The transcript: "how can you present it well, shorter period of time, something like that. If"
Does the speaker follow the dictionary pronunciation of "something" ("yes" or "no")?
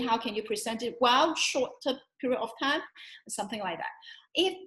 yes